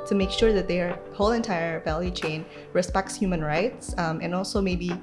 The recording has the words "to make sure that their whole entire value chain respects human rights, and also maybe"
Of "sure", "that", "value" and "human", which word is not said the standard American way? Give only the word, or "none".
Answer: none